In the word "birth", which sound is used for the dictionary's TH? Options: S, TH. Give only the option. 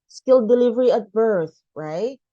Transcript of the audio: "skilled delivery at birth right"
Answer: TH